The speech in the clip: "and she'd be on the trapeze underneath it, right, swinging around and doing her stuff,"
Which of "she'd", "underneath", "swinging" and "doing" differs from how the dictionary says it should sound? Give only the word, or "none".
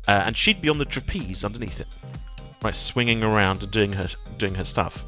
none